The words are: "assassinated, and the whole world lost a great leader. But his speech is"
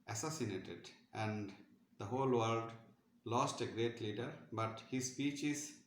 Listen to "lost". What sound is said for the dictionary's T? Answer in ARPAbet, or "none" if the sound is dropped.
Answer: T